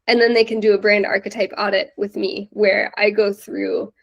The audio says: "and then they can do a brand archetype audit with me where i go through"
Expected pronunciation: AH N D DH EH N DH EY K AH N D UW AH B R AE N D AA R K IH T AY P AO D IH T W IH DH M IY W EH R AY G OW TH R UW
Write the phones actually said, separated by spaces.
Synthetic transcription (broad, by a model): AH N DH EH N DH EY K AH N D AH B R AE N D AA R K IH T AY P AO D IH T W IH DH M IY W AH R AY G OW TH R UW